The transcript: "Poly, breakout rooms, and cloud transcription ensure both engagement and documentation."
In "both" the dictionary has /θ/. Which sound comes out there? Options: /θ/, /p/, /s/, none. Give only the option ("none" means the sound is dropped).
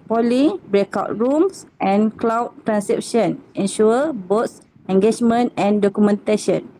/s/